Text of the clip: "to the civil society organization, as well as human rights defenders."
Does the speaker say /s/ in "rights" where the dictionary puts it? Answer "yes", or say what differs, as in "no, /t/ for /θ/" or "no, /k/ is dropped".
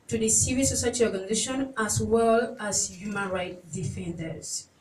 no, /s/ is dropped